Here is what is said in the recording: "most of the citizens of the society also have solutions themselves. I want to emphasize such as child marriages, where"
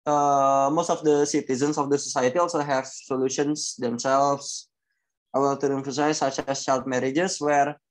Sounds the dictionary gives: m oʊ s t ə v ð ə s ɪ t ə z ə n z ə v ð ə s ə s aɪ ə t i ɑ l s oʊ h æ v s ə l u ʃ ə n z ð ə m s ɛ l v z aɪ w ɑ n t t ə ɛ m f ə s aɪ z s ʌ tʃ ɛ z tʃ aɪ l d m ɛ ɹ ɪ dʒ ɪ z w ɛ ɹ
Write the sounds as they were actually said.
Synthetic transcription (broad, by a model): m oʊ s t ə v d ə s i t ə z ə n s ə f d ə s ə s aɪ ə t i ɑ l s oʊ h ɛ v s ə l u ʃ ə n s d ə m s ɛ l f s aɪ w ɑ l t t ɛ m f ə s aɪ s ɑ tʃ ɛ s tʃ aɪ l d m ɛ ɹ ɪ dʒ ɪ s w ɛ ɹ